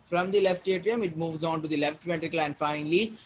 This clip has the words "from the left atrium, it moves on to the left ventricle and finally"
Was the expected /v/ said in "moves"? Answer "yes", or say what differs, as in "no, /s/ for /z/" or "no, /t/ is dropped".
yes